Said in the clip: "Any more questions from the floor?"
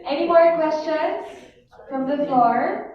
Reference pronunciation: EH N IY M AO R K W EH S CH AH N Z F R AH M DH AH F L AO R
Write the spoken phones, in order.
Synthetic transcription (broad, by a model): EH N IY M AO R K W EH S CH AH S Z F R AH M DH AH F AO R